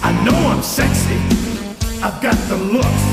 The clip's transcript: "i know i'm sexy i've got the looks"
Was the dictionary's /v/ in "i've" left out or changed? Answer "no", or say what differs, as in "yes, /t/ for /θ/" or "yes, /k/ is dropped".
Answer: no